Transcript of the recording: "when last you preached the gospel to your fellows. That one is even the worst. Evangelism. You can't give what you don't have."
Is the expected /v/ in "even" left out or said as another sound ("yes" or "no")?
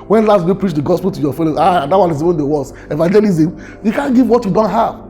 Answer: yes